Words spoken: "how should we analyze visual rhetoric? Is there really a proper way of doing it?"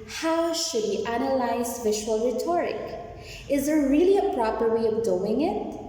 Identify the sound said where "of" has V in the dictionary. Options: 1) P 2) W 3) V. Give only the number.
3